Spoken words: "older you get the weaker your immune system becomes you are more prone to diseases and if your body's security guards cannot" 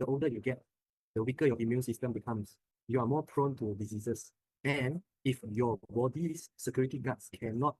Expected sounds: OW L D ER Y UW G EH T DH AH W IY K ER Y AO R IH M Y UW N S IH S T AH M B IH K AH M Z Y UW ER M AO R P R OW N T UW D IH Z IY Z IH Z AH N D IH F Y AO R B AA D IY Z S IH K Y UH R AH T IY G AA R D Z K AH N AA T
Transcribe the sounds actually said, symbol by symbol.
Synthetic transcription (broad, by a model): OW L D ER Y UW G EH T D AH W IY K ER Y AO IH M Y UW N S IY S T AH M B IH K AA M S Y UW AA M AO P R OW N T UW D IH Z IY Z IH S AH N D IH F Y AO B AA D IY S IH K Y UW R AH T IY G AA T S K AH N AA T